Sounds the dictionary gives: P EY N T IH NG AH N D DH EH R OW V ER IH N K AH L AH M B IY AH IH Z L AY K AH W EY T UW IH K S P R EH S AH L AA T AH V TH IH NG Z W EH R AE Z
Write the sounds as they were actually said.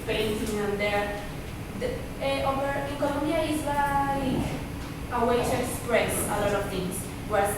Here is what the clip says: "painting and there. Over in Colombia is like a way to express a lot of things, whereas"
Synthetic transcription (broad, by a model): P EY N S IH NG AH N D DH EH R OW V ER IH K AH N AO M IY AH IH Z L AY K AH W EY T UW IH K S P R EH S AH L AA T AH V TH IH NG S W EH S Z